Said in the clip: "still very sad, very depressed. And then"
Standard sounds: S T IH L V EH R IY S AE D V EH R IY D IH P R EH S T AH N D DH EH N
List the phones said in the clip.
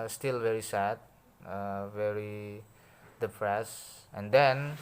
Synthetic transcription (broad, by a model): S T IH L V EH R IY S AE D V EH R IY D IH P R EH S AH N D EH N